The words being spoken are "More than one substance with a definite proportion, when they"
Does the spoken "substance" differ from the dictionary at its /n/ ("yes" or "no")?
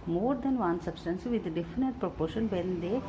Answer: no